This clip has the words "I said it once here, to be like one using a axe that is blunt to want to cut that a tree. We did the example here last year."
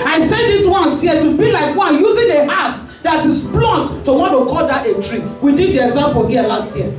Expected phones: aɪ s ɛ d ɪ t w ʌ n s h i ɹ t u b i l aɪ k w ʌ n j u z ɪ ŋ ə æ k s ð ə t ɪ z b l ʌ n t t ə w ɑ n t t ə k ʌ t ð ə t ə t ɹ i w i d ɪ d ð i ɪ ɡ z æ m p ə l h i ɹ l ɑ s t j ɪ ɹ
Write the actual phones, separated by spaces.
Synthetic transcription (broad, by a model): aɪ s ɛ d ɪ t w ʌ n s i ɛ t u b i l aɪ k w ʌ n j u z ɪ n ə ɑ s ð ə t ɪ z b l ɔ n t t ə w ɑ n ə k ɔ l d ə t ə t ɹ i w i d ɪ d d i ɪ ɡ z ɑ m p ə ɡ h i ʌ l ɑ s t j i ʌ